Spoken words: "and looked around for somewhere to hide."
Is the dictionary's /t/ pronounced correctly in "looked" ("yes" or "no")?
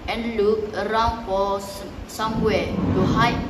no